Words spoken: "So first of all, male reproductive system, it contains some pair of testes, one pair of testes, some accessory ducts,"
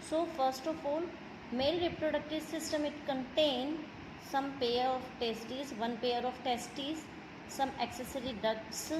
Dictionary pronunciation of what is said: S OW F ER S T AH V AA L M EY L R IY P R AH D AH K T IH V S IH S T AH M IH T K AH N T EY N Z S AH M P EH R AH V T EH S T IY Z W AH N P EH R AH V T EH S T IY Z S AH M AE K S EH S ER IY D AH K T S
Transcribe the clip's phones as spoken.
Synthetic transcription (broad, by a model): S OW F ER S T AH F AA L M EY L R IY P R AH D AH K T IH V S IH S T AH M IH T K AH N T EY N S AH M P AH R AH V T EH S T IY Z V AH N P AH R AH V T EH S T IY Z S AH M AE K S EH S ER IY D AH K S